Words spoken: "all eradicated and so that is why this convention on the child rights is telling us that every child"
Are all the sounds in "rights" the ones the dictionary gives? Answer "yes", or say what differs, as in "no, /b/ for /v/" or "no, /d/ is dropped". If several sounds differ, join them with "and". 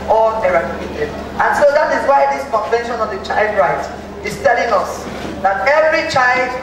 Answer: no, /s/ is dropped